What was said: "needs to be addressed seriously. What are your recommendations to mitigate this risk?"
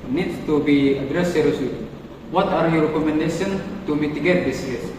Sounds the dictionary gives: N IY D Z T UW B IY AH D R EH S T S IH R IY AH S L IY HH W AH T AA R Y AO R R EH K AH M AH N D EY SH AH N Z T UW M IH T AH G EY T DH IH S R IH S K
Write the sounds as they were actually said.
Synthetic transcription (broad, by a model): N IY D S T UW B IY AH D R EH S S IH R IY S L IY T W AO T AA R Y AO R R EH K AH M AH N D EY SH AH N T UW M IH T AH G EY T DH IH S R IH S